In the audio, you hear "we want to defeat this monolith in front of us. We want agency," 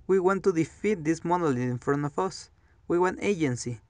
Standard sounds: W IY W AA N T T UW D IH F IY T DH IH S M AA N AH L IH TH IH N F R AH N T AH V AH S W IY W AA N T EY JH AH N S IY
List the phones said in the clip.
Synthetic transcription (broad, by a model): W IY W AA N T T UW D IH F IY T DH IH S M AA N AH L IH IH N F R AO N AH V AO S W IY W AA N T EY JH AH N S IY